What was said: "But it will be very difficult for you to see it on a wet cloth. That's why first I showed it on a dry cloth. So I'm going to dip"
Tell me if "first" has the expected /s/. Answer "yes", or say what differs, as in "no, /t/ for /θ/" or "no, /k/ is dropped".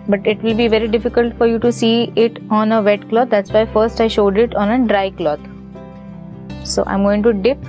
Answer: yes